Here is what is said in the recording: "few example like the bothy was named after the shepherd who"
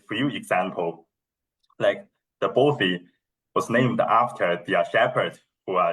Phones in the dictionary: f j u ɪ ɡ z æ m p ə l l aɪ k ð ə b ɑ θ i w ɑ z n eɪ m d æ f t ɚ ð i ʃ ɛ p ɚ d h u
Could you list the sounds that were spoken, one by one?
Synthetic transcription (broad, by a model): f j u ɪ ɡ z æ m p ə l l aɪ k ð ə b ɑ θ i w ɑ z n eɪ m d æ f t ɚ ð i ʃ ɛ p ɚ d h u